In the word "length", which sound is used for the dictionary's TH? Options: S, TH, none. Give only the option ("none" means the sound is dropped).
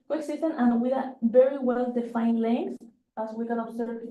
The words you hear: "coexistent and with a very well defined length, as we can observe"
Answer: S